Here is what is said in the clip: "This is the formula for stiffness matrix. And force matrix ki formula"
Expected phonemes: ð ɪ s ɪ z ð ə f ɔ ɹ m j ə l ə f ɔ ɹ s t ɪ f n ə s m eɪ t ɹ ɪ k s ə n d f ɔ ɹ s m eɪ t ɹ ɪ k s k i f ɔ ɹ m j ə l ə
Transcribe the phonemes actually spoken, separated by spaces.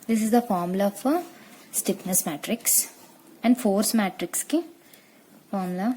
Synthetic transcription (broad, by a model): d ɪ s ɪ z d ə f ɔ ɹ m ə l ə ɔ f s t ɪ p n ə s m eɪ t ɹ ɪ k s ə n d f ɔ ɹ s m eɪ t ɹ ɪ k s k i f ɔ ɹ m l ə